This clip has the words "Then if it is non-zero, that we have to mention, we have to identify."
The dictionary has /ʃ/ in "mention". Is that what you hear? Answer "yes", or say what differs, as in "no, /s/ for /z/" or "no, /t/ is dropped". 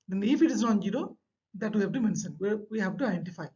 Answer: no, /s/ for /ʃ/